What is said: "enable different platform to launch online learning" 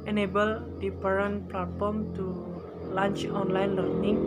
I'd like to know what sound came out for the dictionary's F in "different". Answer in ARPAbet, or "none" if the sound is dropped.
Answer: P